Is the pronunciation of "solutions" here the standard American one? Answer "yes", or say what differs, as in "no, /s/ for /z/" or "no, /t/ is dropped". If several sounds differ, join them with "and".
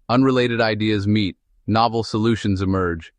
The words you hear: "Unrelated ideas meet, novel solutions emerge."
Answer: yes